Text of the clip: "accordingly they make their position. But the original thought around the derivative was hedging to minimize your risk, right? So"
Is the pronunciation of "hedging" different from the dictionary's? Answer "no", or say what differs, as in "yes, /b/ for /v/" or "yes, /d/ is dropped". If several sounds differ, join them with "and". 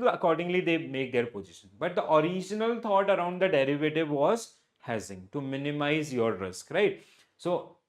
yes, /z/ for /dʒ/